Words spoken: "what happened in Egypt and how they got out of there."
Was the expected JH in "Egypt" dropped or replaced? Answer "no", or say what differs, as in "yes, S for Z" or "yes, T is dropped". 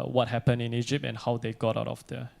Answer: no